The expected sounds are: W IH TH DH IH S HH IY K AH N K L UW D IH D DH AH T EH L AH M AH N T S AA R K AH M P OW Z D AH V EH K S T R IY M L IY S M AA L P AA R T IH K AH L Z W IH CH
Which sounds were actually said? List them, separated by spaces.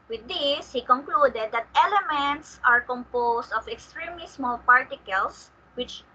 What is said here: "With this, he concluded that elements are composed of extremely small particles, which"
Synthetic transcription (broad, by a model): W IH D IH S HH IY K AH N K L UW D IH D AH T EH L AH M AH N T S AA R K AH M P OW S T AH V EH K S T R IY M IY S M AA L P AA R T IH K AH L S W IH CH